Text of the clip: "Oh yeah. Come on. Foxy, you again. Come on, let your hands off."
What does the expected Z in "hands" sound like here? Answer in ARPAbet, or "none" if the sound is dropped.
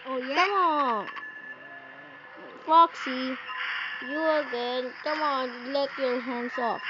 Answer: S